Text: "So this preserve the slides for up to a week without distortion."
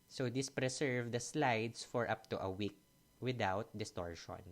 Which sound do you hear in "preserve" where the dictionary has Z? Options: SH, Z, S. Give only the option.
S